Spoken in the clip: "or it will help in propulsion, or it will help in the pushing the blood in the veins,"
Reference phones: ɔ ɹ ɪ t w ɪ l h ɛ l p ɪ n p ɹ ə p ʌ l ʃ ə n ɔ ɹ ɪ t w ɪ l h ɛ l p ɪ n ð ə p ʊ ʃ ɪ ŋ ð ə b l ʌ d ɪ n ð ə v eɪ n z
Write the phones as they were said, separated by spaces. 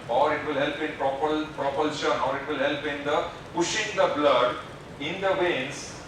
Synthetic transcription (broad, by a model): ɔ ɹ ɪ t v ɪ l h ɛ l p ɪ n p ɹ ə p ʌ l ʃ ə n ɔ ɹ ɪ t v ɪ l h ɛ l p ɪ n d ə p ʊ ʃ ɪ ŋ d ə b l ʌ d ɪ n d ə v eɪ n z